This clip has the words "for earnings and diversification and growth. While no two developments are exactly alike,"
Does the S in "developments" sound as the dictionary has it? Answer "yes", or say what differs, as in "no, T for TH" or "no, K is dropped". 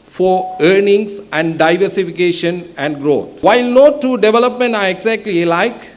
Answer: no, S is dropped